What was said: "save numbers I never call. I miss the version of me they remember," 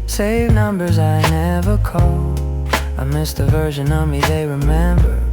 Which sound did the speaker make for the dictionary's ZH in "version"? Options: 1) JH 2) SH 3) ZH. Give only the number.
3